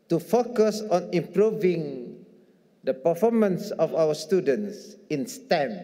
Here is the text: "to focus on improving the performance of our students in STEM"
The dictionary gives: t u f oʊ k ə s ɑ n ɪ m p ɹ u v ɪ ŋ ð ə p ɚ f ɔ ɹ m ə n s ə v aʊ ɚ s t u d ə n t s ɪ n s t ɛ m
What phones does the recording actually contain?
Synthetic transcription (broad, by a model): t u f oʊ k ə s ɑ n ɪ m p ɹ u v ɪ ŋ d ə p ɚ f ɔ m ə n s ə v aʊ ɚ s t u d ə n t s ɪ n s t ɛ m